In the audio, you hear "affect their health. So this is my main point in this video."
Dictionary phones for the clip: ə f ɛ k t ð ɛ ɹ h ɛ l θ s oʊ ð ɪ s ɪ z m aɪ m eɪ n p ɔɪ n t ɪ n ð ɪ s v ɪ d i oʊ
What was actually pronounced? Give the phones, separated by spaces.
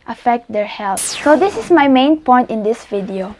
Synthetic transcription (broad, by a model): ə f ɛ k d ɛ ɹ h ɛ l s s oʊ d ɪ s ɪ s m aɪ m eɪ n p ɔɪ n t ɪ n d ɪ s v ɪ d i oʊ